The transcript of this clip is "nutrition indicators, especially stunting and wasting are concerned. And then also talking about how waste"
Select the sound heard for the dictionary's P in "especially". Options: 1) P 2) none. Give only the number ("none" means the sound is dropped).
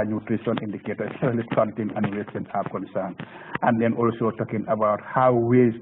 2